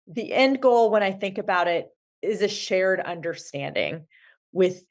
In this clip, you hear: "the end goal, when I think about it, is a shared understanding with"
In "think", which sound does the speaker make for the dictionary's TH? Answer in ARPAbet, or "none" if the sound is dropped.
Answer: TH